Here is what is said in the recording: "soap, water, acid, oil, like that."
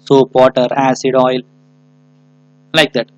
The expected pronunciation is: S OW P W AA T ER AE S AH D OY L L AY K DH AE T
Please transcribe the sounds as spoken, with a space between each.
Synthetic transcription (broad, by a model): S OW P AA T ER AE S AH D OY L L AY K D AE T